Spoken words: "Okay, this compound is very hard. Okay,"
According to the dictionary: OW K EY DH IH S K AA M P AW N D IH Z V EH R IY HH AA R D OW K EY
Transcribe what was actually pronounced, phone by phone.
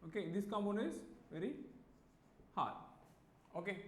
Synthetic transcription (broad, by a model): OW K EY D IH S K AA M AO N IH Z V EH R IY HH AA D OW K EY